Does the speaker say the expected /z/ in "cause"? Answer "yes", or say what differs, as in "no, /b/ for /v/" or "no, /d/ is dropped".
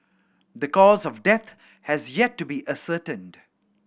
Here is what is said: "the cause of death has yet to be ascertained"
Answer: yes